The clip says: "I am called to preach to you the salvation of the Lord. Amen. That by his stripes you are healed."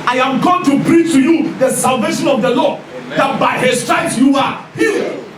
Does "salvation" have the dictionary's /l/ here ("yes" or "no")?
yes